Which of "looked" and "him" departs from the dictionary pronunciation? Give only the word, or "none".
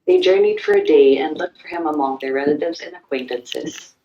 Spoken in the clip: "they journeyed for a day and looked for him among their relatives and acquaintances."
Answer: none